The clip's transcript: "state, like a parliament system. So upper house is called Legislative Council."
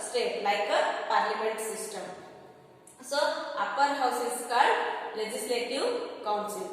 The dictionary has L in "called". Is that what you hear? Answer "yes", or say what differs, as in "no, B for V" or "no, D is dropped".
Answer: no, L is dropped